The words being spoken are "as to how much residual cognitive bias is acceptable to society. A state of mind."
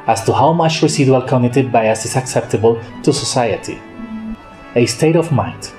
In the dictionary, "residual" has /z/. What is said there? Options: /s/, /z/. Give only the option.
/s/